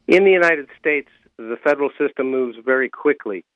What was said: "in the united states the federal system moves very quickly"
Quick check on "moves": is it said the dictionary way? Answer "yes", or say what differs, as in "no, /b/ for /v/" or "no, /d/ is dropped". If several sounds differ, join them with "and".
yes